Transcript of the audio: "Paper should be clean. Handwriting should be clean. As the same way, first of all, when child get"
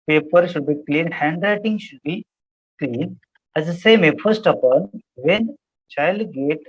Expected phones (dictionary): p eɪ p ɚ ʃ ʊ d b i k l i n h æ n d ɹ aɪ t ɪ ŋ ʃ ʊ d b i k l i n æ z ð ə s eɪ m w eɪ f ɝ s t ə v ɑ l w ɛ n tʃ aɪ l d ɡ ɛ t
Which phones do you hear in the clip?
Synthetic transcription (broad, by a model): p eɪ p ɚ ʃ ʊ d b i k l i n h æ n d ɹ aɪ t ɪ ŋ ʃ ʊ d b i k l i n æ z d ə s eɪ m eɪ f ɝ s t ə p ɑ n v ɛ n tʃ aɪ l d ɡ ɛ t